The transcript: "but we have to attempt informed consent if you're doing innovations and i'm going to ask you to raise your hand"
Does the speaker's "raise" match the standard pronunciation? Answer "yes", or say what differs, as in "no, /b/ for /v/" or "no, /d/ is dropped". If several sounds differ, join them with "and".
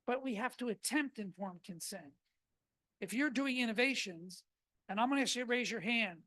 yes